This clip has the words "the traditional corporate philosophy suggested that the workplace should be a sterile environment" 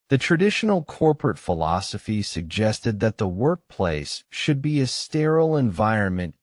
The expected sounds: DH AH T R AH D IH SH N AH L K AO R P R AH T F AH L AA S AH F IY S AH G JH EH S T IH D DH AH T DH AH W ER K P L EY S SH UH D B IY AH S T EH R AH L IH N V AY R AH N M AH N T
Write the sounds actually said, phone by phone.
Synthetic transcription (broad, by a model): DH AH T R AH D IH SH N L K AO R P R AH T F AH L AA S AH F IY S AH G JH EH S T IH D DH AH T DH AH W ER K P L EY S SH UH D B IY AH S T EH R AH L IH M V AY R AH N M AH N T